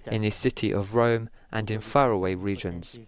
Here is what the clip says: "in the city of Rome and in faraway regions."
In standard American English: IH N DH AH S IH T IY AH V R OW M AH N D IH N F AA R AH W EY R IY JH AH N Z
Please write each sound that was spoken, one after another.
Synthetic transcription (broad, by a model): IH N DH AH S IH T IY AH V R OW M AH N D IH N F AA R AH W EY R IY JH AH N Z